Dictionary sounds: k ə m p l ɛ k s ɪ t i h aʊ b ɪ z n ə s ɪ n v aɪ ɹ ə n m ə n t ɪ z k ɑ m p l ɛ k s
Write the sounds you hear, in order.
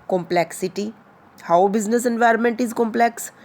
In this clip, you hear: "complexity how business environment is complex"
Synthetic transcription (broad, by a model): k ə m p l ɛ k s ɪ t i h aʊ b ɪ z n ə s ɪ n v aɪ ɹ ə n m ə n t ɪ z k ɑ m p l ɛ k s